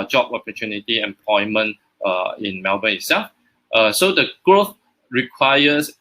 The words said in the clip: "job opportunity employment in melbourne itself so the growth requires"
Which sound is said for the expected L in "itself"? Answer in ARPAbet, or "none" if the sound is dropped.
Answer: none